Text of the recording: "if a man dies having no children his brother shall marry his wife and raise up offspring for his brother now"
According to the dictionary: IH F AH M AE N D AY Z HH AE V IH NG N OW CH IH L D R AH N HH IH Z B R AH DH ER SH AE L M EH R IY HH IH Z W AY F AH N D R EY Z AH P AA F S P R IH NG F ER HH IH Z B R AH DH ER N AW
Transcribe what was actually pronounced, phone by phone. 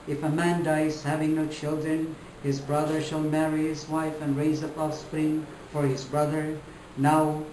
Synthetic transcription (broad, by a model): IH F AH M AE N D AY Z HH AE V IH NG N OW CH IH L D R AH N HH IH Z B R AH DH ER SH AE L M EH R IY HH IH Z W AY F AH N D R EY Z AH P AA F S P R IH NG F ER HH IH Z B R AH DH ER N AW